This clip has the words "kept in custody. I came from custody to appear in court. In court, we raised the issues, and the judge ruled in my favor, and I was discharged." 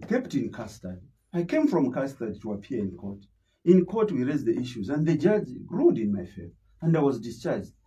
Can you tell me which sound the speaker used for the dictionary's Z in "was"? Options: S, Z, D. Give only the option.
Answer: Z